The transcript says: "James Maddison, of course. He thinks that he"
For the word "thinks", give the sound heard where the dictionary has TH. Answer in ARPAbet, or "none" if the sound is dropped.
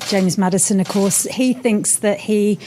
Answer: TH